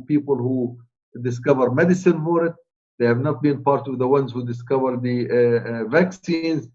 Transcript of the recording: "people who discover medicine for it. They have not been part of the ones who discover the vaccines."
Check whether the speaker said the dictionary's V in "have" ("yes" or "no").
yes